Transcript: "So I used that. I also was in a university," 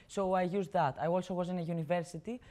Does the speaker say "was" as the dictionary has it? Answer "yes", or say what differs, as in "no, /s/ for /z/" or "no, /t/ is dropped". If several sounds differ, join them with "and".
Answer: yes